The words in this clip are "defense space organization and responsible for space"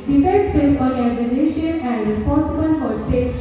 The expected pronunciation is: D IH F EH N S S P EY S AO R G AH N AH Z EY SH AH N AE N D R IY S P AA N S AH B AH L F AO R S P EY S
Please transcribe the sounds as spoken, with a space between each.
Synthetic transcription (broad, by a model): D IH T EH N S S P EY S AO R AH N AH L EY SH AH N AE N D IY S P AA S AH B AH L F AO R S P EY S